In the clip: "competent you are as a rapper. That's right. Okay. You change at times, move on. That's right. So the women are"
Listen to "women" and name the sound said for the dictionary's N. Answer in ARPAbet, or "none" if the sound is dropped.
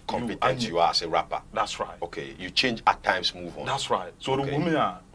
none